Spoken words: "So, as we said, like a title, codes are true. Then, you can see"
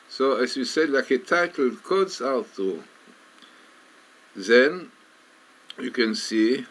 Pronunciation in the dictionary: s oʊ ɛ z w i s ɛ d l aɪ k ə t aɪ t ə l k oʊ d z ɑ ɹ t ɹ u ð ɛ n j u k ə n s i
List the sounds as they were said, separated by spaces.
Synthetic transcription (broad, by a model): s oʊ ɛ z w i s ɛ d l aɪ k ə t aɪ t l k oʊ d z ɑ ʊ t u ð ɛ n j u k ə n s i